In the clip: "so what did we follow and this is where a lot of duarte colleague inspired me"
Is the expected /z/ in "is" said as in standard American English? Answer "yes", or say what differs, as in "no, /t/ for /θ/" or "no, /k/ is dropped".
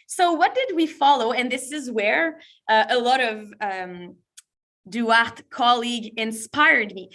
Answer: yes